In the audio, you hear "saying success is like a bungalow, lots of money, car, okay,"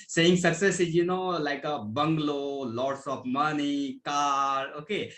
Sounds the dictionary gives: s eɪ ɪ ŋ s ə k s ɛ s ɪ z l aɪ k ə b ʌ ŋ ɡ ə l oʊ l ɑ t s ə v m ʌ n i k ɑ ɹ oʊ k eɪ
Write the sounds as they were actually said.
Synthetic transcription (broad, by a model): s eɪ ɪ ŋ s ə k s ɛ s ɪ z l aɪ k ə b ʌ ŋ ɡ l oʊ l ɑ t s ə p m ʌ n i k ɑ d oʊ k eɪ